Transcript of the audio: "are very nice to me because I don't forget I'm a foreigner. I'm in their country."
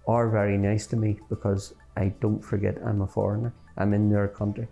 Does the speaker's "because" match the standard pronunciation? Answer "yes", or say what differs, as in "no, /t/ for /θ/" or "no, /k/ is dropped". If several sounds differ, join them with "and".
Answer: yes